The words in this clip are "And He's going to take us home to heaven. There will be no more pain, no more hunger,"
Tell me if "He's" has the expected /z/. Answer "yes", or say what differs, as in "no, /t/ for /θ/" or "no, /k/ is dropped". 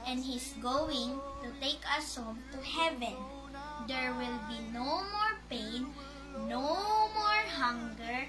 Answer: no, /s/ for /z/